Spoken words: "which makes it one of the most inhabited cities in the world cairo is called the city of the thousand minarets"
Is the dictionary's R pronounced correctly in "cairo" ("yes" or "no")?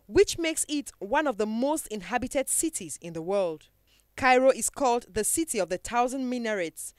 yes